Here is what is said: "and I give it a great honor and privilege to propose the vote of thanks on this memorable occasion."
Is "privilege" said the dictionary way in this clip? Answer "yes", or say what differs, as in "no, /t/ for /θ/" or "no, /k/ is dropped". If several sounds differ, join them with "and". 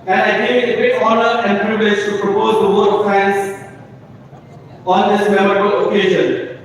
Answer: no, /l/ is dropped